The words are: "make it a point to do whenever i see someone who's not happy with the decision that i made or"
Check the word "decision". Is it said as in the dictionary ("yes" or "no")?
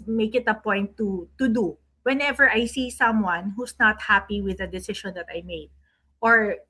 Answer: no